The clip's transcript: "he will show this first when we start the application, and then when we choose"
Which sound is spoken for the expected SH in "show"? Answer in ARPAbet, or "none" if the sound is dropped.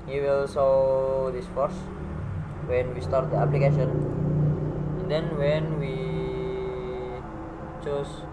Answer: S